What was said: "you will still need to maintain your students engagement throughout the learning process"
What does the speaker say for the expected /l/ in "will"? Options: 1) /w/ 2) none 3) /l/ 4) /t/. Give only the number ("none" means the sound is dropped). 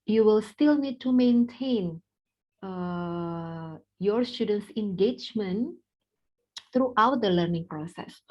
3